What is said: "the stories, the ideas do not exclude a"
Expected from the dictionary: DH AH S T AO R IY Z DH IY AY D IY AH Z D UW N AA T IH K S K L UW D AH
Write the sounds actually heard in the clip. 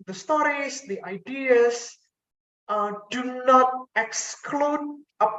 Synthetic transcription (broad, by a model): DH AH S T AO R IY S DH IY AY D IY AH S D UW N AA T IH K S K L UW D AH